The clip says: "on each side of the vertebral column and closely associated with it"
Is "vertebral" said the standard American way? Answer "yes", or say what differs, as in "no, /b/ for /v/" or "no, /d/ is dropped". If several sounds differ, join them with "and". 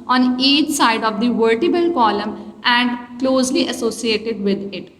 no, /ɹ/ is dropped